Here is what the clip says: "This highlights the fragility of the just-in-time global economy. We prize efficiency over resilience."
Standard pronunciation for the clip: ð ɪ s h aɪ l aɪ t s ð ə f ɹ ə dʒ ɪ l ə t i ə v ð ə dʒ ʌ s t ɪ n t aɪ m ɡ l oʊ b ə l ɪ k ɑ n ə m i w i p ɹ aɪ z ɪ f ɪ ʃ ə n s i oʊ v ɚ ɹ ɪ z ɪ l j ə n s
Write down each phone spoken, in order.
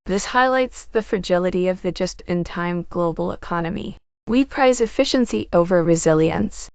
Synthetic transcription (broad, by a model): ð ɪ s h aɪ l aɪ t s ð ə f ɹ ə dʒ ɪ l ə t i ə v ð ə dʒ ʌ s t ɪ n t aɪ m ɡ l oʊ b l ɪ k ɑ n ə m i w i p ɹ aɪ z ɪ f ɪ ʃ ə n s i oʊ v ɚ ɹ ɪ z ɪ l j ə n s